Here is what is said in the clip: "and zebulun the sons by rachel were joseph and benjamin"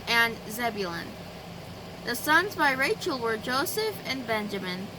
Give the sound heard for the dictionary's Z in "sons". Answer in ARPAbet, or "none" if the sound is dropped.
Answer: Z